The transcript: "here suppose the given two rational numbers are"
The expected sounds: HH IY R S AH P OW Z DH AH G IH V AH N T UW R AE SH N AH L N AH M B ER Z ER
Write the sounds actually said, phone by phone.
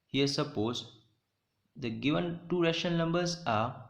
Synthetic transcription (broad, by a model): HH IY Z S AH P OW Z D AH G IH V AH N T UW R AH SH AH N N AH M B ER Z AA